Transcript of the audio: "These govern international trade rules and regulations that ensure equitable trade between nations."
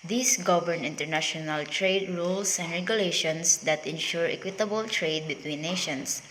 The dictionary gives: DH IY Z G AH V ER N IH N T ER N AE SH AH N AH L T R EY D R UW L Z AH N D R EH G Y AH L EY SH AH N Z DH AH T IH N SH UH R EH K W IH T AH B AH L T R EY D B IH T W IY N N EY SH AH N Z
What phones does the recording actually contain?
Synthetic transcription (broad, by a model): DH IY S G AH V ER N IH N T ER N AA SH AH N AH L T R EY D R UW L S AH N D R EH G Y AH L EY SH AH N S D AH T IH N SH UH R EH K W IH T AH B AH L T R EY D B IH T W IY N N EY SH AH N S